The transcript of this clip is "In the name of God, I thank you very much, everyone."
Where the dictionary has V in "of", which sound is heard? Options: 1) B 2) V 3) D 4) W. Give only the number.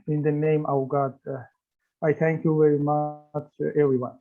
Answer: 4